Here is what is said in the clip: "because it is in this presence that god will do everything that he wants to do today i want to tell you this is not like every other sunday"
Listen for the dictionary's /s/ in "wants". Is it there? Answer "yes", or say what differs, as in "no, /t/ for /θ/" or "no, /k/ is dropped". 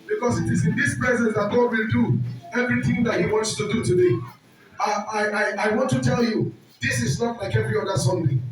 yes